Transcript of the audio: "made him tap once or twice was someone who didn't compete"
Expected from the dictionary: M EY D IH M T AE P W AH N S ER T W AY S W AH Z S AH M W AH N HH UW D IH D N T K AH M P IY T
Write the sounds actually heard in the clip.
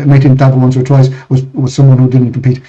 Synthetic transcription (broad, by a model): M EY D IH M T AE B W AH N S ER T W AY S W AH Z S AH M W AH N HH UW D IH D N T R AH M P IY T